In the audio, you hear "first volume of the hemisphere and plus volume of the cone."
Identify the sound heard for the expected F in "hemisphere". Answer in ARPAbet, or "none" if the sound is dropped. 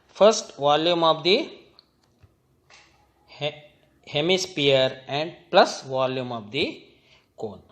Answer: P